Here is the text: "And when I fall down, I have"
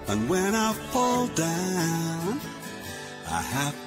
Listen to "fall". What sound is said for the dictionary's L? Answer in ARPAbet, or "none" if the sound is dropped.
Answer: L